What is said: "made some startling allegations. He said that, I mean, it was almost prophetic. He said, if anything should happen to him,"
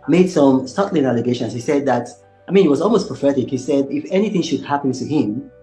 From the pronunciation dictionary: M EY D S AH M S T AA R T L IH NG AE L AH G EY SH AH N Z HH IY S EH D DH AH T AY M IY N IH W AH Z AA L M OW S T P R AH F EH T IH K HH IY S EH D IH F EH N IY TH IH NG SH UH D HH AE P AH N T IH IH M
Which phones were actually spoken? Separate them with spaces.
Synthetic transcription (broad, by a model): M EY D S AH M S T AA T L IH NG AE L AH G EY SH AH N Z HH IY S EH D DH AH T AY M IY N IH W AH Z AA L M OW S P R AH F EH T IH K HH IY S EH D IH F EH N IY TH IH NG SH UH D HH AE P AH N T IH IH M